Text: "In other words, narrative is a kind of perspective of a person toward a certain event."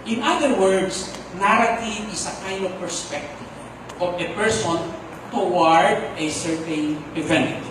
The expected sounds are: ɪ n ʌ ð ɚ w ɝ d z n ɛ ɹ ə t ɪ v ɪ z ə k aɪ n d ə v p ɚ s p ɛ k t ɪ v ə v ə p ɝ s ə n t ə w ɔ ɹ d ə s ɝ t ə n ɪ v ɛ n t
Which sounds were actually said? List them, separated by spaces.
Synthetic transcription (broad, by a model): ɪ n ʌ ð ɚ w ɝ d s n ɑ ɹ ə t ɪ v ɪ s ə k aɪ n d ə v p ɚ s p ɛ k t ɪ v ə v ə p ɝ s ə n t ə w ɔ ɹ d ə s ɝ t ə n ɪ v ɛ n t